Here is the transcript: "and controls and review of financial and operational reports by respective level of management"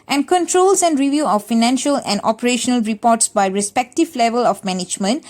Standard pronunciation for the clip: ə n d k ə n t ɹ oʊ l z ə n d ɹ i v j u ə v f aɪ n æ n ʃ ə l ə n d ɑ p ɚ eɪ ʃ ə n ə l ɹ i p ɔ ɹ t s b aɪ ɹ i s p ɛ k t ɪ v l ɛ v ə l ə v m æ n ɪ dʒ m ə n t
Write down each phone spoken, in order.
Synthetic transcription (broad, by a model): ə n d k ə n t ɹ oʊ l s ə n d ɹ i v j u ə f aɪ n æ n ʃ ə l ə n d ɑ p ɚ eɪ ʃ ə n ə l ɹ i p ɔ t s b aɪ ɹ i s p ɛ k t ɪ v l ɛ v ə l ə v m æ n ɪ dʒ m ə n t